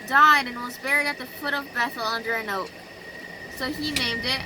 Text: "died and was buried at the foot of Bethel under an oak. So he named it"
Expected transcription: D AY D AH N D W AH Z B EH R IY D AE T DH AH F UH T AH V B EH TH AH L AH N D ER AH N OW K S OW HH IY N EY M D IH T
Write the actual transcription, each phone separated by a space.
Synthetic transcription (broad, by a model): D AY D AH N W AH Z B EH R IY D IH T DH AH F UH T AH V B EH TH L AH N D ER AH N OW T S OW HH IY N EY M D IH T